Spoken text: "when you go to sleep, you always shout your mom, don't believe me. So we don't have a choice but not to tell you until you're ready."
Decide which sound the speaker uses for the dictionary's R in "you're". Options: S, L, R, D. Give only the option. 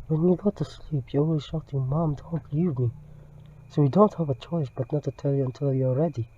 L